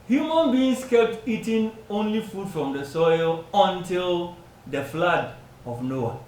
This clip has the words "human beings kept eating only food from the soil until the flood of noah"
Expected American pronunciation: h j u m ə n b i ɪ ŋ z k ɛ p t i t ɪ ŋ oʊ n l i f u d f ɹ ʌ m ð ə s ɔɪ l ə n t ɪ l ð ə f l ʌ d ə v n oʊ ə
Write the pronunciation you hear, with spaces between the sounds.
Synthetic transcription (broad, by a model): h j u m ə n b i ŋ s k ɛ p t i t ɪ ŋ oʊ n l i f u d f ɹ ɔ m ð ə s ɔɪ l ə n t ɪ l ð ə f l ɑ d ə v n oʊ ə